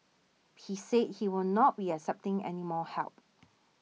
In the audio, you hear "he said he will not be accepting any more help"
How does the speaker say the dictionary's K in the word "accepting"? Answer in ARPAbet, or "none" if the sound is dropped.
none